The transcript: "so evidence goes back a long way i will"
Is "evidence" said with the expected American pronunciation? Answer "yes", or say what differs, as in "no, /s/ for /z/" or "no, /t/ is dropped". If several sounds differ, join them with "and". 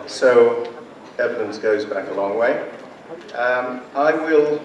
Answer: yes